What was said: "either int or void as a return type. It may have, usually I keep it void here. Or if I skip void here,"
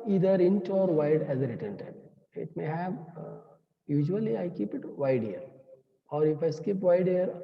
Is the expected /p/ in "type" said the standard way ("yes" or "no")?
no